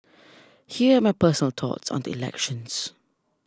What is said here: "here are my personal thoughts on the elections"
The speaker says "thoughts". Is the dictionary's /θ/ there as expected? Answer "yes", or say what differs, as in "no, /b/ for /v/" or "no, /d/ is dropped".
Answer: no, /t/ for /θ/